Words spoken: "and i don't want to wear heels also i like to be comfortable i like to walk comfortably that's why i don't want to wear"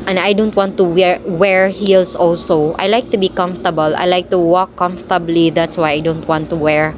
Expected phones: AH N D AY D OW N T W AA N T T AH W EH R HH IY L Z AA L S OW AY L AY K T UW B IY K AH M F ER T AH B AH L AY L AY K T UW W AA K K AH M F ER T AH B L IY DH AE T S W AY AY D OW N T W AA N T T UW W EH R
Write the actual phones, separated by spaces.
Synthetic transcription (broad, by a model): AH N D AY D OW N T W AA N T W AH W EH R HH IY L S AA L S OW AY L AY K T UW B IY K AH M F T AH B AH L AY L AY K T UW W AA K K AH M F T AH B L IY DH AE T S W AY AY D OW N T W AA N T T UW W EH R